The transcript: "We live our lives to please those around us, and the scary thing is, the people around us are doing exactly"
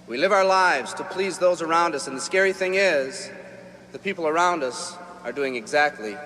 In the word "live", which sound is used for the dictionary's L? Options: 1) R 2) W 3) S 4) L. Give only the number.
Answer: 4